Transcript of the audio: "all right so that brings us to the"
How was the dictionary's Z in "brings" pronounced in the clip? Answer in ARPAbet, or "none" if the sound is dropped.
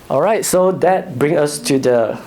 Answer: none